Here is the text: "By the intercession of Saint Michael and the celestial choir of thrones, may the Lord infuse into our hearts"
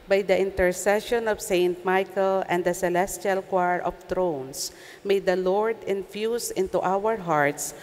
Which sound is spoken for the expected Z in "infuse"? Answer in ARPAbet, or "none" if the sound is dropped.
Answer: S